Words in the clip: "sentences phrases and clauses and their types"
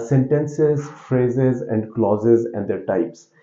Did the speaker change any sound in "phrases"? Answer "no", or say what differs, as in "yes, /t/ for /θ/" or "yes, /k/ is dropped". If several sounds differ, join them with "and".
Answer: no